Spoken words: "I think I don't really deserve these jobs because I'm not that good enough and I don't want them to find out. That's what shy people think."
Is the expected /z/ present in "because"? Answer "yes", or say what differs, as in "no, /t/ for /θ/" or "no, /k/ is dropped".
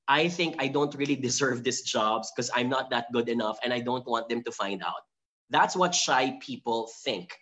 no, /z/ is dropped